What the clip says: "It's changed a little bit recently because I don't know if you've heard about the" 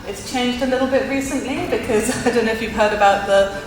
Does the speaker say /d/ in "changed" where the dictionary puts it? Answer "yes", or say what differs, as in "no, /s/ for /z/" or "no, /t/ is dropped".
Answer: yes